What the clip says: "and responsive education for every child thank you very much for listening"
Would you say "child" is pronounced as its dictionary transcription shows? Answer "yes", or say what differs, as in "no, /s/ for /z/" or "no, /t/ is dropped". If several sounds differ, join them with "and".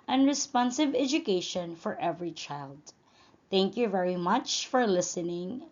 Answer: yes